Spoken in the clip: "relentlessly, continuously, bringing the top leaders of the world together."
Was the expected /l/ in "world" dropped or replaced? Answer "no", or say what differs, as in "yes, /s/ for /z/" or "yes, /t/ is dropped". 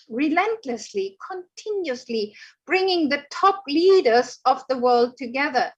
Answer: no